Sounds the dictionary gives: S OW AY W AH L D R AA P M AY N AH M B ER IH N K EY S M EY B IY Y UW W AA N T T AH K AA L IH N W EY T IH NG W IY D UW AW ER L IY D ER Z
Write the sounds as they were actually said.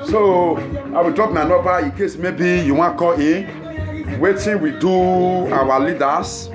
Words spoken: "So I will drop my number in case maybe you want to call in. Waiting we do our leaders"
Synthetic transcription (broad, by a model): S OW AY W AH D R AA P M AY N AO B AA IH K EY S M EY B IY Y UW W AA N K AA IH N W EY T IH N W IY D UW AW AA L IY D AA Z